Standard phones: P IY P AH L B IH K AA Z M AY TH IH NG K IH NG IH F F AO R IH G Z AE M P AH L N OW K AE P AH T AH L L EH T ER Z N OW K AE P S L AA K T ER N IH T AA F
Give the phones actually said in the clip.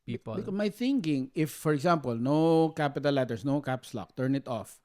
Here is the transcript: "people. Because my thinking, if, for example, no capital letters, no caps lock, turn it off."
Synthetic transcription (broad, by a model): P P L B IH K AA M AY TH IH NG K IH NG IH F F AO R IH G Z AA M P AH L N OW K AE P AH T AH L L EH T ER S N OW K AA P S L AA K T ER N IH T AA F